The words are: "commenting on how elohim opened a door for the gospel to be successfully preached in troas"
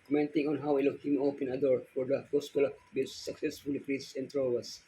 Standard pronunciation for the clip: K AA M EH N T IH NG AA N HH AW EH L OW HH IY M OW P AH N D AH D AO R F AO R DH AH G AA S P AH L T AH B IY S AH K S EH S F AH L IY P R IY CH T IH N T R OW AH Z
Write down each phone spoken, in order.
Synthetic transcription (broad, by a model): K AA M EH N T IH NG AA N HH AW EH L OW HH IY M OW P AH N AH D AO R F AO R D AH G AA S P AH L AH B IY S AH K S EH S F AH L IY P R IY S IH N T R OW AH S